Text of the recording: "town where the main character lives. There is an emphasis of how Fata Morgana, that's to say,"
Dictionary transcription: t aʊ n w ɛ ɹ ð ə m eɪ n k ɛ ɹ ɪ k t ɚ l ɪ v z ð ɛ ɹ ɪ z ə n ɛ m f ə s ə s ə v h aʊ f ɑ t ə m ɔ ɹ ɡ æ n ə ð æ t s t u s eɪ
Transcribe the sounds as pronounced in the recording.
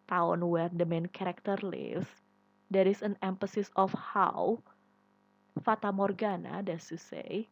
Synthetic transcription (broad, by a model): t aʊ n w ɛ ɹ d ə m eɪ n k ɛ ɹ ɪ k t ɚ l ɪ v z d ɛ ɹ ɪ s ə n ɛ m f ə s ə s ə f h aʊ f ɑ t ə m ɔ ɹ ɡ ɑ n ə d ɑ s t u s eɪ